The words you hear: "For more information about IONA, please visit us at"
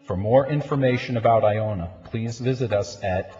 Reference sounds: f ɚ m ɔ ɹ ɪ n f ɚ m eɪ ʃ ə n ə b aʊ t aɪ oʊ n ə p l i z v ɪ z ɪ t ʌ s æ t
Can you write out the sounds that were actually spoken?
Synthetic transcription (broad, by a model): f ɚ m ɔ ɹ ɪ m f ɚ m eɪ ʃ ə n ə b aʊ t aɪ oʊ n ə p l i z v ɪ z ɪ t ʌ s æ t